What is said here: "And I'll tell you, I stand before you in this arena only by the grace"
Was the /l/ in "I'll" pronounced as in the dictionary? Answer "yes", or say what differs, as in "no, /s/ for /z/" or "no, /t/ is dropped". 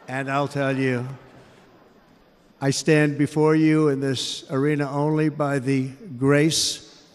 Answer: yes